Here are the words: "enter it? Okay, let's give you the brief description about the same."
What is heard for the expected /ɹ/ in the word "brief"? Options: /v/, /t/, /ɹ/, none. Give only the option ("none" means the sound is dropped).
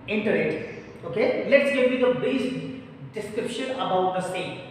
none